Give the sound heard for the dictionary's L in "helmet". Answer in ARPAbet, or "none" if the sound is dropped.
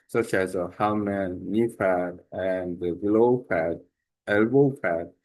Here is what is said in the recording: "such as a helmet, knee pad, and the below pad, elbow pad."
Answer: none